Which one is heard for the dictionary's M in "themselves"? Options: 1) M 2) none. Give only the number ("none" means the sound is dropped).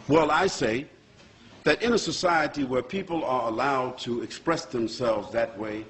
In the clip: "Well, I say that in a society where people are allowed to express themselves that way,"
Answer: 1